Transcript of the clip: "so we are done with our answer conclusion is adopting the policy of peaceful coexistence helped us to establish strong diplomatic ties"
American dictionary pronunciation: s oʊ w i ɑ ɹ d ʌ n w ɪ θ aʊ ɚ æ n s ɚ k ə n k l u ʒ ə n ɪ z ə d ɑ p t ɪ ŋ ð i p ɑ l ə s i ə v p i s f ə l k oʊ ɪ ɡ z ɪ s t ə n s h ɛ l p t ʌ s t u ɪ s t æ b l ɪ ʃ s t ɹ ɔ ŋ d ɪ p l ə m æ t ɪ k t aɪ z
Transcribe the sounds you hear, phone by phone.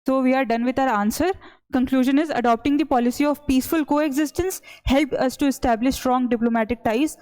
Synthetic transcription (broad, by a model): s oʊ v i ɑ ɹ d ʌ n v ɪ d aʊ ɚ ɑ n s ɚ k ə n k l u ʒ ə n ɪ z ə d ɑ p t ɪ ŋ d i p ɑ l ə s i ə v p i s f ə l k oʊ ɪ ɡ z ɪ s t ə n s h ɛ l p ʌ s t u ɪ s t æ b l ɪ ʃ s t ɹ ɔ ŋ d ɪ p l ə m æ t ɪ k t aɪ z